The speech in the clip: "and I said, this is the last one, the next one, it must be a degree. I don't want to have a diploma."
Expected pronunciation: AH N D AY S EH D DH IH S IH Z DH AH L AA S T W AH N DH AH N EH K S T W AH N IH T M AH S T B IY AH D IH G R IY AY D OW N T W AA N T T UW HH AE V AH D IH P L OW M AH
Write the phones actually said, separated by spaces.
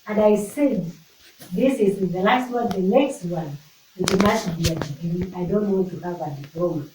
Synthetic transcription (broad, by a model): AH N D AY S EH D DH IH S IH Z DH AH L AA S T W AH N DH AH N EH K S T W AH N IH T M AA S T B IY AH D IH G IY AY D OW N T W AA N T T UW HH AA V AH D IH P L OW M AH